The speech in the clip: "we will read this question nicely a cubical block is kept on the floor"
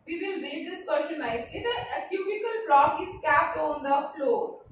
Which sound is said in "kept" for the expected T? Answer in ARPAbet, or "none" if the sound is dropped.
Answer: T